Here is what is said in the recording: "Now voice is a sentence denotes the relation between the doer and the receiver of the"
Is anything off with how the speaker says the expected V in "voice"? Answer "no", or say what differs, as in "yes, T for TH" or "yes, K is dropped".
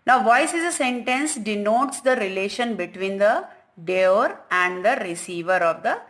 no